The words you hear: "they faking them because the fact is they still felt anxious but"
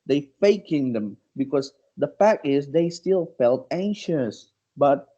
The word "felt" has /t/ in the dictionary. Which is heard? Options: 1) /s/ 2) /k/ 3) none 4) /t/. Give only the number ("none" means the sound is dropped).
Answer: 4